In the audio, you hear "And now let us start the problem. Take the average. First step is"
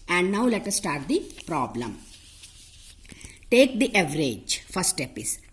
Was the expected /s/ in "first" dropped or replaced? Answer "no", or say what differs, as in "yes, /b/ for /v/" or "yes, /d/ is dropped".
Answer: yes, /s/ is dropped